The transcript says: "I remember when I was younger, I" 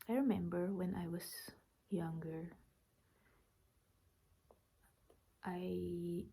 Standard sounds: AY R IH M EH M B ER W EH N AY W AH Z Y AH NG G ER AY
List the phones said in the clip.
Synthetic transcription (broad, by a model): AY R IH M EH M B ER W EH N AY W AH S Y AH NG G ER AY